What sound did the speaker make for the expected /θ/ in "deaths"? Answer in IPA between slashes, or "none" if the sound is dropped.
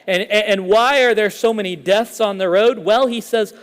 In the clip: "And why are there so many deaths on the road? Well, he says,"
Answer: /θ/